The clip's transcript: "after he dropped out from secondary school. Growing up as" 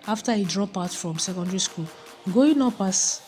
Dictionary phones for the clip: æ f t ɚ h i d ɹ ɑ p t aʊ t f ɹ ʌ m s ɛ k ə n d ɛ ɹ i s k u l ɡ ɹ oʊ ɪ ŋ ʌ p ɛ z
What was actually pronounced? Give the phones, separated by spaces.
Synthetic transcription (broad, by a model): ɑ f t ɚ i d ɹ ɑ p aʊ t f ɹ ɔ m s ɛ k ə n d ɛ ɹ i s k u l ɡ oʊ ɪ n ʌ p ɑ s